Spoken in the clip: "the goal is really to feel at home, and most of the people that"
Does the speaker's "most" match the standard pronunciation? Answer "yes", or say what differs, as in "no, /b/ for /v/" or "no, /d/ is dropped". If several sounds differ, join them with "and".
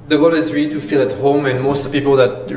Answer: no, /s/ is dropped